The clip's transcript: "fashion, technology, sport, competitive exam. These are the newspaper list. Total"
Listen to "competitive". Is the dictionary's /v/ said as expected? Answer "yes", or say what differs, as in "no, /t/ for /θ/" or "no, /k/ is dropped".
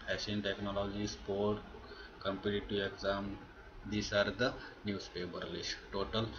no, /v/ is dropped